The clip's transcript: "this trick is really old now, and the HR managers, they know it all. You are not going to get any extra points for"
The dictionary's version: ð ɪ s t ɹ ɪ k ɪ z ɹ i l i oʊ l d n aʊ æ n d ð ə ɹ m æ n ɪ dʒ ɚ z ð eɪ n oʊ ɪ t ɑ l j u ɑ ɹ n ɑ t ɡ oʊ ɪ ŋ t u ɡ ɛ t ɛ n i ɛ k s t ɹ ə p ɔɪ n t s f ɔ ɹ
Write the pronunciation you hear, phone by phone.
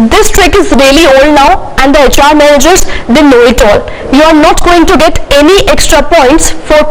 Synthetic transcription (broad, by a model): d ɪ s t ɹ ɪ k ɪ z ɹ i l i oʊ l d n aʊ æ n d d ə ɹ m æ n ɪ dʒ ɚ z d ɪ n oʊ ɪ t ɑ l j u ɑ ɹ n ɑ t ɡ oʊ ɪ ŋ t u ɡ ɛ t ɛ n i ɛ k s t ɹ ə p ɔɪ n t s f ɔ ɹ